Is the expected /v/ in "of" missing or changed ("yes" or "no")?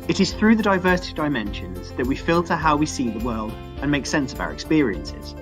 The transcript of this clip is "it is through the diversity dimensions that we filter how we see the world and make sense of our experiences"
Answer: no